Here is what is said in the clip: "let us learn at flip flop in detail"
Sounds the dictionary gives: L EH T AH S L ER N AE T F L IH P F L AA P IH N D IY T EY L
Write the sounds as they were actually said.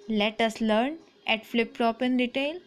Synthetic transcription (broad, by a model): L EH T AH S L ER N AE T F L IH P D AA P IH N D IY T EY L